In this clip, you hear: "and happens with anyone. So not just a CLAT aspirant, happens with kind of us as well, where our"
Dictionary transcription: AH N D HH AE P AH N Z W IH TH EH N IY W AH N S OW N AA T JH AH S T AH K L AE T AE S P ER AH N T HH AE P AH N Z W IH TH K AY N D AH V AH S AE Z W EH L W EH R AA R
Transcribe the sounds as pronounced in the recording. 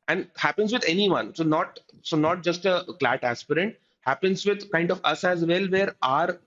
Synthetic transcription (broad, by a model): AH N D HH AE P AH N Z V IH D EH N IY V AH N S OW N AA T JH AH S T AH K L AE T AE S P ER AH N T HH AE P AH N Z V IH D K AY N D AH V AH S AE Z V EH L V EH R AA R